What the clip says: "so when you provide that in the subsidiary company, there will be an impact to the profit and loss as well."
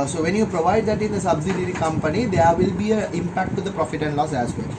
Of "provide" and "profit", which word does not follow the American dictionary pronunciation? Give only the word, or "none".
none